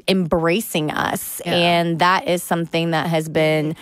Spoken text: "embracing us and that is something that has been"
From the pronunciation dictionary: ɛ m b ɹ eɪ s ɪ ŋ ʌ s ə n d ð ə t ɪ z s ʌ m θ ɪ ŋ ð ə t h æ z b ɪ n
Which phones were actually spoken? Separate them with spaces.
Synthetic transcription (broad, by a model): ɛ m b ɹ eɪ s ɪ ŋ ʌ s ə n ð ə t ɪ z s ʌ m θ ɪ ŋ ð ə t h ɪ z b ɪ n